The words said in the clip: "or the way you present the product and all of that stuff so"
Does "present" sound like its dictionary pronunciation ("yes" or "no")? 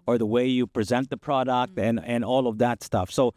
yes